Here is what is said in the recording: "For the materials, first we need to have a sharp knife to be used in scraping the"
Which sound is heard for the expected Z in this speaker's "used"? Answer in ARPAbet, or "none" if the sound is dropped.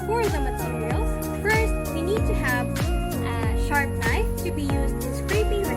Z